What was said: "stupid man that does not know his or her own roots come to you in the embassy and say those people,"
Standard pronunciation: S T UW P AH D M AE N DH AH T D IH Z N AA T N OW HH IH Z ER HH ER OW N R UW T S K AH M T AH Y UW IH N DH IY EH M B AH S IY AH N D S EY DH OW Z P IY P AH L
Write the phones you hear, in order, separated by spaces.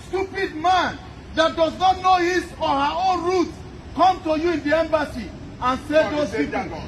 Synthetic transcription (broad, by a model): S T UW P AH D M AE N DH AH T D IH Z N AA T N OW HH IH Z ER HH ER OW N R UW T K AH M T AH Y UW IH N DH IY EH M B AH S IY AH N S EY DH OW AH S